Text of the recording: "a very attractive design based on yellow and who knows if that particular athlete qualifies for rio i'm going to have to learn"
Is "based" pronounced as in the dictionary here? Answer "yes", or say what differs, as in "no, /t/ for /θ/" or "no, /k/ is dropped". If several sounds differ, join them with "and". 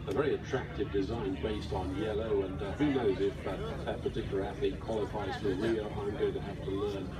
yes